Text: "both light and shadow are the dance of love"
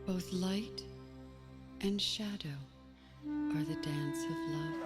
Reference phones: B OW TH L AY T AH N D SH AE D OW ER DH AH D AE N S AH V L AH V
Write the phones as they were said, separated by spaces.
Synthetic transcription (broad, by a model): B OW TH L AY T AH N SH AE D OW ER DH AH D AE N S AH V L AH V